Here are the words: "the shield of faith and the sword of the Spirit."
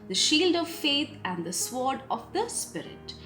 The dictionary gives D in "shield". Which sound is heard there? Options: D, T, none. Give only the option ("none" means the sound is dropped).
D